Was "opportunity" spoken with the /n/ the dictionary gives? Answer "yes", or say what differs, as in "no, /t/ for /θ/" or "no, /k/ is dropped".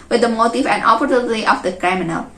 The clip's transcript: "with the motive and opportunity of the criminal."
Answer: no, /l/ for /n/